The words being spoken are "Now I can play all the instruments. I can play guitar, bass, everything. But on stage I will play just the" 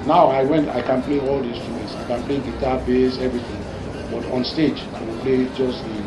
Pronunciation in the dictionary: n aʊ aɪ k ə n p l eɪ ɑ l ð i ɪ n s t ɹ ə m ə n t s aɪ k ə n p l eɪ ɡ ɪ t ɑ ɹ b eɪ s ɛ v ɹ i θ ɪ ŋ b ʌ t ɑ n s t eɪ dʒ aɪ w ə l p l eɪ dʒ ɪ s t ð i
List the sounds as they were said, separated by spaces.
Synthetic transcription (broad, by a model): n aʊ aɪ k ə n p l eɪ ɑ l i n s t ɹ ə m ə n t s aɪ k ə n p l eɪ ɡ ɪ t ɑ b eɪ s ɛ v ɹ i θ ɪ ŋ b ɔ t ɑ n s t eɪ dʒ aɪ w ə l p l eɪ dʒ ɪ s t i